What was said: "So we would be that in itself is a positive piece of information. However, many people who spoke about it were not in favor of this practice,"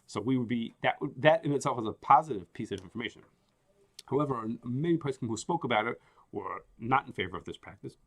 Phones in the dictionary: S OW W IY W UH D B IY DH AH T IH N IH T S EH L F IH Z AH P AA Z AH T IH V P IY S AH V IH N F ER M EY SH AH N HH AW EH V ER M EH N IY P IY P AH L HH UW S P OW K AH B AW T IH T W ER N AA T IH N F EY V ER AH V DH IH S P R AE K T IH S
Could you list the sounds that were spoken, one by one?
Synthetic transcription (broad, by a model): S OW W IY W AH D B IY DH AH T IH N IH T S EH L F IH Z AH P AA Z AH T IH V P IY S AH V IH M F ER M EY SH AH N HH AW EH V ER M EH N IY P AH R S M HH UW S P OW K AH B AW T IH T W ER N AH T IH N F EY V ER AH V DH IH S P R AE K T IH S